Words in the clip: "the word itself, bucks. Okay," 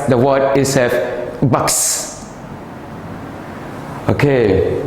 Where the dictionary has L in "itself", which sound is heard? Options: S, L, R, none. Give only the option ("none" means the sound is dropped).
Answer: none